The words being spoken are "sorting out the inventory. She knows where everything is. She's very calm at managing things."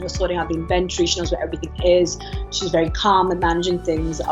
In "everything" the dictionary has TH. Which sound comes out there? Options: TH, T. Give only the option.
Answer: TH